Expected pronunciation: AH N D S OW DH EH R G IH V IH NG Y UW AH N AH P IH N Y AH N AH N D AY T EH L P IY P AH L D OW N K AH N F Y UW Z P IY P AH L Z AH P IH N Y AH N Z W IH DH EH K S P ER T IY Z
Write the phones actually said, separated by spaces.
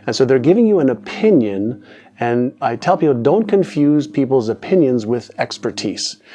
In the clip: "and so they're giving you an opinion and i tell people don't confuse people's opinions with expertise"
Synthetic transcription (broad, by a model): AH N S OW DH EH R G IH V IH NG Y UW AH N AH P IH N Y AH N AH N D AY T EH L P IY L D OW N K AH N F Y UW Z P IY P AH L Z AH P IH N Y AH N Z W IH DH EH K S P ER T IY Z